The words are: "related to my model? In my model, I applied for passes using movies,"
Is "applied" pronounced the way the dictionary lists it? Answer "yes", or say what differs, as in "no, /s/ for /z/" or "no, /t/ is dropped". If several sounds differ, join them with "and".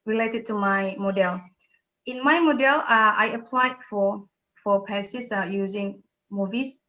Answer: yes